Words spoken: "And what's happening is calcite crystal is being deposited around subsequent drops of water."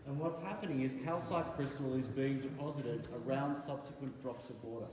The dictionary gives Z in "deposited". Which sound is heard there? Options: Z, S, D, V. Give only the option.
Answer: Z